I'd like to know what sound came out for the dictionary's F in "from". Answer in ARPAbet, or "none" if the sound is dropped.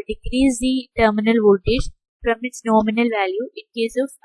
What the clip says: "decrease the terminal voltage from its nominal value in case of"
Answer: P